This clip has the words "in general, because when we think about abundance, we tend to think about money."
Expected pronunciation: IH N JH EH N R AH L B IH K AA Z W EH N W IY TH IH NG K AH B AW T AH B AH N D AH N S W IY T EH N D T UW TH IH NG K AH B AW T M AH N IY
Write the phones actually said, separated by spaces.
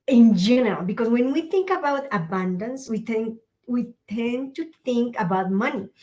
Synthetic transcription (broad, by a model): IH N JH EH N R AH L B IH K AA S W EH N W IY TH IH NG K AH B AW T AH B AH N D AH N S W IY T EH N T T UW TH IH NG K AH B AW T M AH N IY